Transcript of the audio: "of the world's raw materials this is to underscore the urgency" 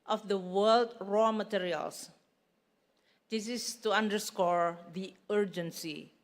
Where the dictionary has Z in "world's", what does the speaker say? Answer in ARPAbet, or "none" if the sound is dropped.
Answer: none